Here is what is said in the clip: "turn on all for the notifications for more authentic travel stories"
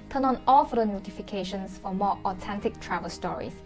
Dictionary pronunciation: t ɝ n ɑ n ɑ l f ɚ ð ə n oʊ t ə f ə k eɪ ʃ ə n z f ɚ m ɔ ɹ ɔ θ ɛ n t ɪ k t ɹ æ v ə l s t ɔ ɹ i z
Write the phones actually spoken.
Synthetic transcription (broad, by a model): t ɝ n ɑ n ɑ l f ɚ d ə n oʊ t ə f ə k eɪ ʃ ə n s f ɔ m ɔ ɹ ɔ t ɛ n t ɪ k t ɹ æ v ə l s t ɔ ɹ i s